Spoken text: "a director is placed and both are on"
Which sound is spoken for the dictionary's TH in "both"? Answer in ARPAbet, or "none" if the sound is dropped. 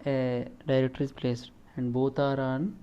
T